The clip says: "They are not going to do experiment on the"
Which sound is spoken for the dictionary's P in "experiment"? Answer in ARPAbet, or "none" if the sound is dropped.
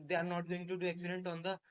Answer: none